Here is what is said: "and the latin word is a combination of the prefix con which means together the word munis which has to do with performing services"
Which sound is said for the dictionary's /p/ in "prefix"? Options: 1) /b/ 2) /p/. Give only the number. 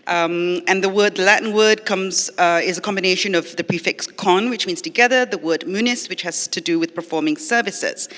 2